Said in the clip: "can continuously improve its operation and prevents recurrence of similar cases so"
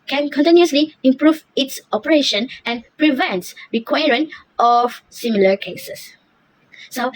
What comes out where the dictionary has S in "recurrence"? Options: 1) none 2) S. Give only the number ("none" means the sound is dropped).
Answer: 1